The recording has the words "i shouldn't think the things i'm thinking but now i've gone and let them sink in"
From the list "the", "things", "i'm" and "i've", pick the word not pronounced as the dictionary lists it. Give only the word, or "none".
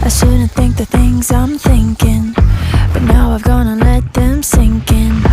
none